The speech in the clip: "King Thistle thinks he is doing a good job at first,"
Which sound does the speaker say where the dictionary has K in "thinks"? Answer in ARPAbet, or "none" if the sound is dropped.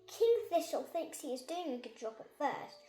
K